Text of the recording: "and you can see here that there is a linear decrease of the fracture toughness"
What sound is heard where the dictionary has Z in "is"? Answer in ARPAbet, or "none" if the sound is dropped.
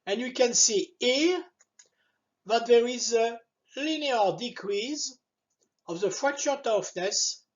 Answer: Z